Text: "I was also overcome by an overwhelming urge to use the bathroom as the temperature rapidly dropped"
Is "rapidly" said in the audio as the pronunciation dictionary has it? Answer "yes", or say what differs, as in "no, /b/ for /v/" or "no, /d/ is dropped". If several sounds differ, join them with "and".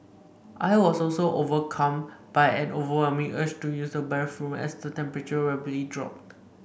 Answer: no, /b/ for /p/